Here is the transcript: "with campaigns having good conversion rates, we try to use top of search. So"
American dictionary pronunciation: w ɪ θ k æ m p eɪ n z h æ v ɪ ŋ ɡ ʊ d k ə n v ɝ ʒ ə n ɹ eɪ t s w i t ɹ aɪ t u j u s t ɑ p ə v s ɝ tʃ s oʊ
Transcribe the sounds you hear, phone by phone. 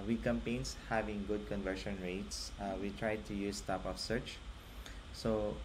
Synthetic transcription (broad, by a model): w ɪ k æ m p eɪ n s h æ v ɪ ŋ ɡ ʊ d k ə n v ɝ ʃ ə n ɹ eɪ t s w i t ɹ aɪ t u j u s t ɑ p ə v s ɝ tʃ s oʊ